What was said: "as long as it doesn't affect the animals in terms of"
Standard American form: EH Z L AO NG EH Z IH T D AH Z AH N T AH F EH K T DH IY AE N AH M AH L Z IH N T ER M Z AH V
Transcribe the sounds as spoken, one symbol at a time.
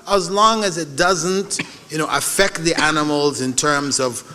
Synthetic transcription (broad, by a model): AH Z L AO NG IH Z IH T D AH Z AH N T AH F EH K T DH IY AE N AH M L Z IH N T ER M Z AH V